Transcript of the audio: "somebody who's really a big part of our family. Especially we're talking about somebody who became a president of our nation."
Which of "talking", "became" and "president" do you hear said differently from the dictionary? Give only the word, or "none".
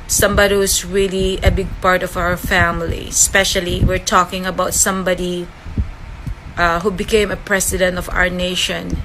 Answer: president